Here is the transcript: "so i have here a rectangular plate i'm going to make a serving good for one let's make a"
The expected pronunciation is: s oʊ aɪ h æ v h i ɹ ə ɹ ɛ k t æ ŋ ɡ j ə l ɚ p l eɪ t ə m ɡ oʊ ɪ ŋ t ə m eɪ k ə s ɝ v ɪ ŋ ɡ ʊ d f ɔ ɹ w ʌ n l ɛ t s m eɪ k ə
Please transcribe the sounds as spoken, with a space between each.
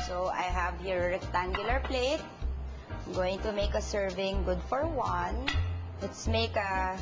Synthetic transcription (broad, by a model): s oʊ aɪ h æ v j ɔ ɹ ɹ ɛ k t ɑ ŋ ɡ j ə l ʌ p l eɪ ə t ɡ oʊ ɪ ŋ t ə m eɪ k ə s ɝ v ɪ ŋ ɡ ʊ d f ɔ ɹ w ʌ n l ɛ t s m eɪ k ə